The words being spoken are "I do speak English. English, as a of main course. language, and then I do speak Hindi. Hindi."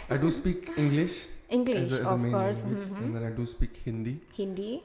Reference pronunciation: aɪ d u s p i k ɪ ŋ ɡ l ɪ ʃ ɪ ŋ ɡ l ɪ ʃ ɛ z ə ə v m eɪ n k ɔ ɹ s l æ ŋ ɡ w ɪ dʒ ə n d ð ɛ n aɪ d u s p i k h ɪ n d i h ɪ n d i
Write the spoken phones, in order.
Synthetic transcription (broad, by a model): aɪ d u s p i k ɪ ŋ ɡ l ɪ ʃ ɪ ŋ ɡ l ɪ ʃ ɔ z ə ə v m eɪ k ɔ ɹ s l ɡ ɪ ə n d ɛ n aɪ d u s p i k h ɪ n d i h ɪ n d i